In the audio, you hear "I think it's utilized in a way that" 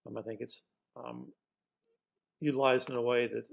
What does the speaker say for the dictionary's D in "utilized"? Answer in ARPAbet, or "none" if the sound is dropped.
none